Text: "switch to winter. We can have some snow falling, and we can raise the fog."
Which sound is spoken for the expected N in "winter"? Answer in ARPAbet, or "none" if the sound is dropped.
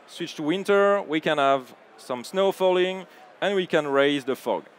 N